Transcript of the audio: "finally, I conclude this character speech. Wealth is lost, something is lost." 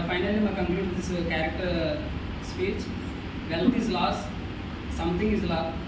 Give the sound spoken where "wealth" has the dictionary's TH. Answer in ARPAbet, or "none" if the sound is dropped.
T